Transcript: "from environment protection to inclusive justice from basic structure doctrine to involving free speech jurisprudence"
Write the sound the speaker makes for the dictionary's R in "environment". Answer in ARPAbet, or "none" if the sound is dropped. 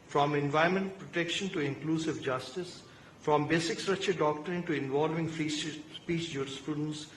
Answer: none